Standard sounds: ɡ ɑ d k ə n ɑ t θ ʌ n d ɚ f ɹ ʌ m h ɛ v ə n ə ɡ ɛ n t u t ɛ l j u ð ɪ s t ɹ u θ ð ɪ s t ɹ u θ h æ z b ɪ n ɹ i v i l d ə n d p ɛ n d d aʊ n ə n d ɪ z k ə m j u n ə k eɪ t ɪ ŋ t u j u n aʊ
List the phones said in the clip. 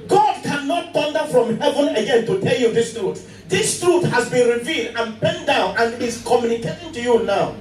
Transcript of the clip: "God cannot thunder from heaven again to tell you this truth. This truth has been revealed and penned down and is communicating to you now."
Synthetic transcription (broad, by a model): ɡ ɑ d k ə n ɑ t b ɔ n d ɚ f ɹ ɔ m h ɛ v ə n ə ɡ ɛ n t u t ɛ l j u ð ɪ s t ɹ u t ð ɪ s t ɹ u t h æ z b ɪ n ɹ i v i l d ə n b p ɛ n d d aʊ n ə n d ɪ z k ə m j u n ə k eɪ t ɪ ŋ t u j u n aʊ